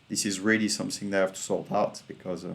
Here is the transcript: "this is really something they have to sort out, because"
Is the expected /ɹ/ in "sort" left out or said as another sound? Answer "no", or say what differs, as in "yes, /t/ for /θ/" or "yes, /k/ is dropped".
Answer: yes, /l/ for /ɹ/